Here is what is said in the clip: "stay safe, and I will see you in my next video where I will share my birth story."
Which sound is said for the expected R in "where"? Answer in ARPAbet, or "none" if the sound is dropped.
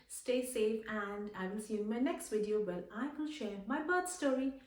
L